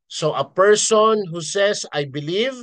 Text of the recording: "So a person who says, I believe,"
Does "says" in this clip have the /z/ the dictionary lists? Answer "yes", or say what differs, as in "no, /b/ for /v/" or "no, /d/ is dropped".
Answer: no, /s/ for /z/